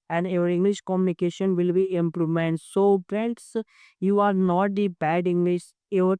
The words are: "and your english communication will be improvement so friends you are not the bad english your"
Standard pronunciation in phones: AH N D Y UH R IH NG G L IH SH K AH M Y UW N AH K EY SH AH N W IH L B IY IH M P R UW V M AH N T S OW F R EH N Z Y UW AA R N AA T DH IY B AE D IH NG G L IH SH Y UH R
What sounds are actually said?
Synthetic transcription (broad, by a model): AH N D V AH R IH NG G L IH SH K AH M Y UW N AH K EY SH AH N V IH L B IY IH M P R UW M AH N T S OW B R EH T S Y UW AA R N AA T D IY B AE D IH NG G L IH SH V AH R